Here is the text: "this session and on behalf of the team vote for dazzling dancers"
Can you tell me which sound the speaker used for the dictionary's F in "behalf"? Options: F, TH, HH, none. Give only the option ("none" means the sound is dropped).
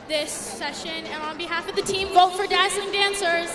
F